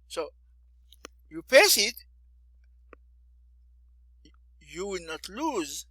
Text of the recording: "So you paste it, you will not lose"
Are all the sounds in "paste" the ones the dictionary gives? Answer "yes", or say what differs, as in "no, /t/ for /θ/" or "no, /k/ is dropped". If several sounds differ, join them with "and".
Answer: no, /t/ is dropped